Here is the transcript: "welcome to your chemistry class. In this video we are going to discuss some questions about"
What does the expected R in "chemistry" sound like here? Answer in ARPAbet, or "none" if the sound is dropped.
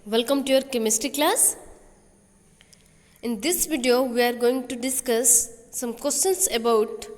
none